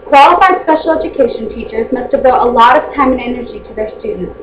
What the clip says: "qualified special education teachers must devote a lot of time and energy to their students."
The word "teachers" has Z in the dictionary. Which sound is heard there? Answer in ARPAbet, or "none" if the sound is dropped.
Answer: Z